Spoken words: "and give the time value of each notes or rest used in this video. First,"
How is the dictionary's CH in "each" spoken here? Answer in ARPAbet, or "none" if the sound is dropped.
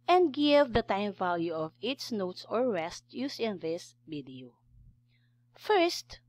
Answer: S